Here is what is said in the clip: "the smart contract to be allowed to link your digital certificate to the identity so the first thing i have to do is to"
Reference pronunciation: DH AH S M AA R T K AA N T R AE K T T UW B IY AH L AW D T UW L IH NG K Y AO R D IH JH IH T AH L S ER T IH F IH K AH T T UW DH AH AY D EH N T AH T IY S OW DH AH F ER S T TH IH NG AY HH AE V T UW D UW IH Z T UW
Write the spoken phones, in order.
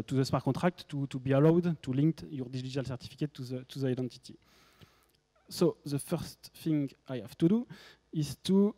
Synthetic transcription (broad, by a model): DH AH S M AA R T K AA T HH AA K T T UW B IY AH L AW D T UW L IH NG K Y AO R D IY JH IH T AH L S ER T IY F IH K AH T T UW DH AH AY D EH N T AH T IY S OW DH AH F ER S T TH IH NG AY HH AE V T UW D UW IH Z T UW